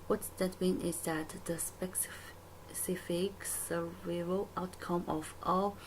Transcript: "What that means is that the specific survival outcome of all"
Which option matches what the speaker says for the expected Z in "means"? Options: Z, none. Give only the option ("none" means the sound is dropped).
none